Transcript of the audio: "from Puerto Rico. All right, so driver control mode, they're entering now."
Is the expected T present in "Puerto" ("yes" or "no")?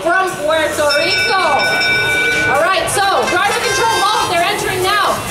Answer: no